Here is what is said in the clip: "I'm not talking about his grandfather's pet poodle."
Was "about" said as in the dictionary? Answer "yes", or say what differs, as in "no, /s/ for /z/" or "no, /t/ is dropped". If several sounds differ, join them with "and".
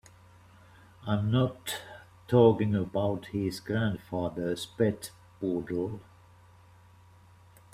yes